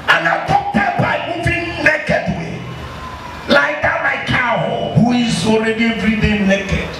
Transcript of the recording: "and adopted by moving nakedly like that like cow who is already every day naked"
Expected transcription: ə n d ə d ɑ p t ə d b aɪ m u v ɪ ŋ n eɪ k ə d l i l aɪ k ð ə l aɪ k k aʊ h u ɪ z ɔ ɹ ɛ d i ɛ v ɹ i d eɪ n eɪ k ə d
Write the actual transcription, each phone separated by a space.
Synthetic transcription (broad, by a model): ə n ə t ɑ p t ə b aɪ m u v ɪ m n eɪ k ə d w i l aɪ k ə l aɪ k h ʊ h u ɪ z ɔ ɹ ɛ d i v ɹ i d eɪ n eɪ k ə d